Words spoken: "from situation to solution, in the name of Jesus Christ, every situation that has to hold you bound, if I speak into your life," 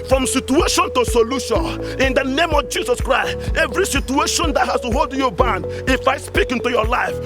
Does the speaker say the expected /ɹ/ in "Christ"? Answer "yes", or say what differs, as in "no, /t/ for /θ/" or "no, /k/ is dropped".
yes